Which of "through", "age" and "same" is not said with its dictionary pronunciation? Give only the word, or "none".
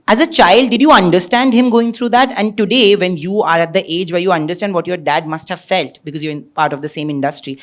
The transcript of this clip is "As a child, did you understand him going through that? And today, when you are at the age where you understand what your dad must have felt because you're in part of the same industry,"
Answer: through